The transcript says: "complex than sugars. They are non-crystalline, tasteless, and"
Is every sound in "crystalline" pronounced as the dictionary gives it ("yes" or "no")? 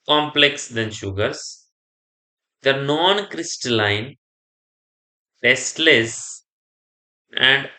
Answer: yes